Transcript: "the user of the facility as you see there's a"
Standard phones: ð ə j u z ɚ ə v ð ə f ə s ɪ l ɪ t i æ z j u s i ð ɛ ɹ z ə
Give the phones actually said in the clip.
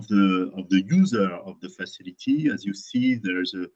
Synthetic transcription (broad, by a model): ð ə j u z ɚ ə v ð ə f ə s ɪ l ɪ t i æ z j u s i ð ɛ ɹ z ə